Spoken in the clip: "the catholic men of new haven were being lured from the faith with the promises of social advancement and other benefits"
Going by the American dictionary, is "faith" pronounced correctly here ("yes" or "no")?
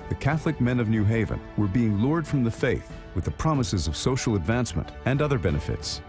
yes